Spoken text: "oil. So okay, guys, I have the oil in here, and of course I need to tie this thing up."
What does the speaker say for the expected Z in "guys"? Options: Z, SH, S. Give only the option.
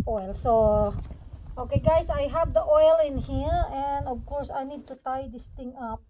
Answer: S